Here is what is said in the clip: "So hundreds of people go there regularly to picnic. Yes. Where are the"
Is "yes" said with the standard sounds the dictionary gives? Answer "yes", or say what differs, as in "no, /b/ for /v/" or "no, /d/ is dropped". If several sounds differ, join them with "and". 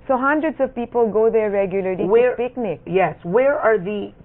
yes